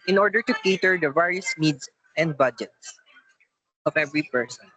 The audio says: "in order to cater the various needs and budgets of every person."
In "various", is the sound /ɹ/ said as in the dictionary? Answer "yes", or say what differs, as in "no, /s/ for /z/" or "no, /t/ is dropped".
yes